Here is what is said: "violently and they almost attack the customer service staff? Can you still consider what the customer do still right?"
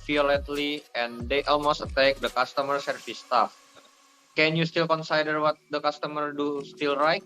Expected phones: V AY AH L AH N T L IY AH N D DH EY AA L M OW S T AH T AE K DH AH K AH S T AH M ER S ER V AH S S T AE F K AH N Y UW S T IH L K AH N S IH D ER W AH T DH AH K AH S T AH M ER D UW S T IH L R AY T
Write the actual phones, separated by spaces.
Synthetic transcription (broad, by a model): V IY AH L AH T L IY AH N D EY AA L M OW S T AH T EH K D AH K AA S T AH M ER S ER F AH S S T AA F K AH N Y UW S T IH L K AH N S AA D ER W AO T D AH K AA S T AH M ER D UW S T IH L R AY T